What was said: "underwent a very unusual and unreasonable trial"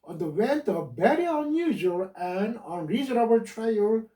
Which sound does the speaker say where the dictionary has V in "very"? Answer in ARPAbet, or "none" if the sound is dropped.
B